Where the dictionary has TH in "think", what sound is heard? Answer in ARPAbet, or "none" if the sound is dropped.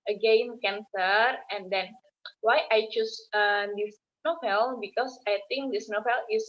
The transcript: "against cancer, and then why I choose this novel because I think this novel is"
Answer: T